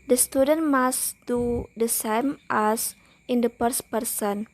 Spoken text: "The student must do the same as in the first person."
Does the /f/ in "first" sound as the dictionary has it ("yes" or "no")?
no